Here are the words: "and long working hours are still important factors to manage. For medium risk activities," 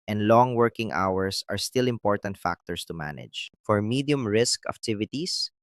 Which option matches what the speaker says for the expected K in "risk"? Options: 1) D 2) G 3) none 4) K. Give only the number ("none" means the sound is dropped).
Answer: 4